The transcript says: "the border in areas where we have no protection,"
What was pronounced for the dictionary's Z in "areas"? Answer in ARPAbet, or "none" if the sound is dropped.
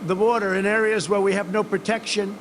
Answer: Z